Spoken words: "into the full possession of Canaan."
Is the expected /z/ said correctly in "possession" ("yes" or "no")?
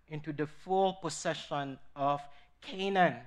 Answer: no